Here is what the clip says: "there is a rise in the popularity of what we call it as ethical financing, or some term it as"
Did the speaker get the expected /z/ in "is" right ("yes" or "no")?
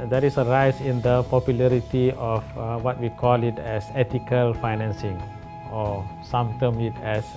no